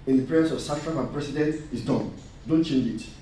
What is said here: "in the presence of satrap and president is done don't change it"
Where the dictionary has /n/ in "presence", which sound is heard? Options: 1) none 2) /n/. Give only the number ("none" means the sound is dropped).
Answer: 1